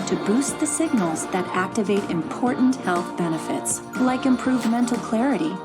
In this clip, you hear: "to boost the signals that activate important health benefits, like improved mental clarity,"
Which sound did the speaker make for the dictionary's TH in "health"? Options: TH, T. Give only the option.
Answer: TH